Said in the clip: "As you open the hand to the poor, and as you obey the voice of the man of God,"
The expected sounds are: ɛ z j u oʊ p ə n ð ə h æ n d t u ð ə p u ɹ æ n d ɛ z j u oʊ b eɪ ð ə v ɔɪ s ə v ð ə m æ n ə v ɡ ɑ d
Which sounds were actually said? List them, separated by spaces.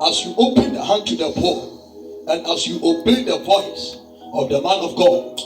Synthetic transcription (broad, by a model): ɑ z j u oʊ p ə n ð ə h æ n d t u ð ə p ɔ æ n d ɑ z j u oʊ b eɪ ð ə p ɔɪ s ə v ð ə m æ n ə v ɡ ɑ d